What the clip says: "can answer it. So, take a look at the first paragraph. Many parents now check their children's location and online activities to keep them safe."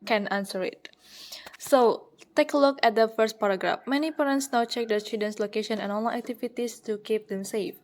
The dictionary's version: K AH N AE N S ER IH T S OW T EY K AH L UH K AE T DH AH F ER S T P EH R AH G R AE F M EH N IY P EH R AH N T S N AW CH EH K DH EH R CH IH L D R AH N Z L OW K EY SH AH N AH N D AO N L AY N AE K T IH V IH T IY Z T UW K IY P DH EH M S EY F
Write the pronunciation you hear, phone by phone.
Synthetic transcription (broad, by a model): K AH N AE N S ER IH T S OW T EY K AH L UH K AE T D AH F ER S T P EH R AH G R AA F M EH N IY P EH R AH N T S N AW CH EH K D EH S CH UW D AH N S L OW K EY SH AH N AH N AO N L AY AE K T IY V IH T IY S T UW K IY P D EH M S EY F